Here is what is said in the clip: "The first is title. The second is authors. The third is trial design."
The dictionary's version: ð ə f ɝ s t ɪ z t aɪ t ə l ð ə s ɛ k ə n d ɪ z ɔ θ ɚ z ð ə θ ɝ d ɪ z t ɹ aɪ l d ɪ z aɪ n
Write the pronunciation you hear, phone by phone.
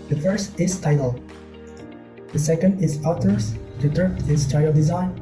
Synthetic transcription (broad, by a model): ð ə f ɝ s t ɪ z t aɪ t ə l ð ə s ɛ k ə n d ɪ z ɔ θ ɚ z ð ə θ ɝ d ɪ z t aɪ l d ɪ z aɪ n